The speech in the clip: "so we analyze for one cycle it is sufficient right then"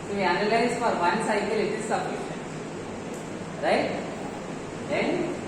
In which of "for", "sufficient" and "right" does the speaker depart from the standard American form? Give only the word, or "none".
sufficient